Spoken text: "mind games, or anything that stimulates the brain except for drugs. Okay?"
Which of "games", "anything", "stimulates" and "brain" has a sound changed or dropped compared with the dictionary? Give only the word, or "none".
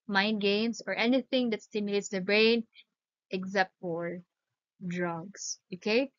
games